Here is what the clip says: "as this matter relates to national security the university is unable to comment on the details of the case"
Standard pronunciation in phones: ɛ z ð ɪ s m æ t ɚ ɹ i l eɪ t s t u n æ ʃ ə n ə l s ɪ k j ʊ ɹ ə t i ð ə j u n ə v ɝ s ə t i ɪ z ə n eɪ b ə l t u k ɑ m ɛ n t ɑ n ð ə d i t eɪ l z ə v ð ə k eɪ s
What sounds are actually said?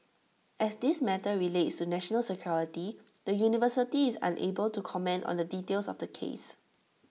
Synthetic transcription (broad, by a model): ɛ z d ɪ s m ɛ t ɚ ɹ i l eɪ t s t u n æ ʃ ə n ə l s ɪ k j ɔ ɹ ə t i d ə j u n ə v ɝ s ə t i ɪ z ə n eɪ b ə l t u k ɑ m ɛ n t ɑ n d ə d i t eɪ l s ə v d ə k eɪ s